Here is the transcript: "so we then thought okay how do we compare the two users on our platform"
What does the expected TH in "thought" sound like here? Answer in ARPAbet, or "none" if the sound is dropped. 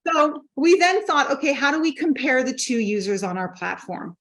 TH